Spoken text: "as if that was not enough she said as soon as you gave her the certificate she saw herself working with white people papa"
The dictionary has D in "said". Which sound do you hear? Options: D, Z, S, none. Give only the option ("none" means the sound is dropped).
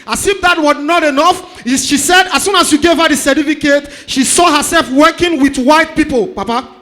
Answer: D